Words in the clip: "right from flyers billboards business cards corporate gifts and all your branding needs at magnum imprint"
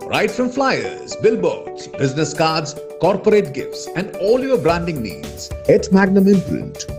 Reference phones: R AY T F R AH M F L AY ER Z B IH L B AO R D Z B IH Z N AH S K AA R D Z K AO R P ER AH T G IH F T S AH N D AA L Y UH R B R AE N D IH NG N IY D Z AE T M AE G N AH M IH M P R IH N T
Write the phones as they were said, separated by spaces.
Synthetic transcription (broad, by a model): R AY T F R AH M F L AY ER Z B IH L B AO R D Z B IH Z N AH S K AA R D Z K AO R P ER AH T G IH F T S AH N D AA L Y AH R B R AE N D IH NG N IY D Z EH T M AE G N AH M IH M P R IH N T